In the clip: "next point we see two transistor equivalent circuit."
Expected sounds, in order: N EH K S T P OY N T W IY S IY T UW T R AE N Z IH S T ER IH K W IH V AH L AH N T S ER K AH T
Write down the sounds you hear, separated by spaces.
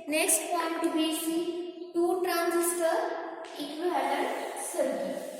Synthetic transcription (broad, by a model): N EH K S T P OY N T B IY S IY T UW T R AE N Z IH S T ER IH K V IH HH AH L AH T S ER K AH